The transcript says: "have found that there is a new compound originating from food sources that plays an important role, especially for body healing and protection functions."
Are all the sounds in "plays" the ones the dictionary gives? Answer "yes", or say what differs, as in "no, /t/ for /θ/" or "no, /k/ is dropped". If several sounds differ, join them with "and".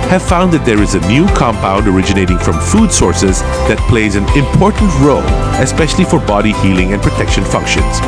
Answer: yes